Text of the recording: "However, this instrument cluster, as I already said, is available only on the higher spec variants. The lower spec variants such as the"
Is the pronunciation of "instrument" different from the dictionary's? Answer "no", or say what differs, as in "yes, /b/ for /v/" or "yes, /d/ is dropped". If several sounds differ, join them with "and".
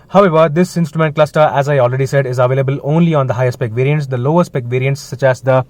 no